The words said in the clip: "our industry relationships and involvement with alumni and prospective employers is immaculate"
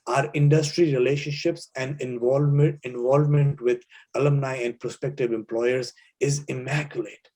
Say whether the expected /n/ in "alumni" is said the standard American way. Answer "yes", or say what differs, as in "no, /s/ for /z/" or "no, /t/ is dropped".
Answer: yes